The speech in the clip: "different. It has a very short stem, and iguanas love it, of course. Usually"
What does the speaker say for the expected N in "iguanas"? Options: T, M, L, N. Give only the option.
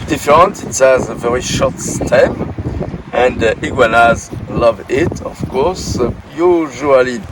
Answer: N